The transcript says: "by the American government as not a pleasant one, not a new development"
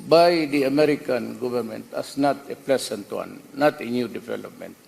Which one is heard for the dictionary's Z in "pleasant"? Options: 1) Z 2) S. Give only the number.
2